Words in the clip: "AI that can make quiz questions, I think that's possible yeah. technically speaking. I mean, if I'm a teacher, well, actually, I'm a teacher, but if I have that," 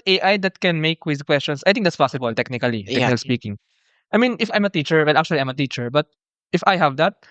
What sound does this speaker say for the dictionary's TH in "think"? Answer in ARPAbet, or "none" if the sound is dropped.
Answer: T